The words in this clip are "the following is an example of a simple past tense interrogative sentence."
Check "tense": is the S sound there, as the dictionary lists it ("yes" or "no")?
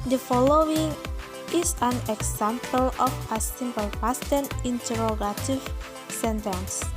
no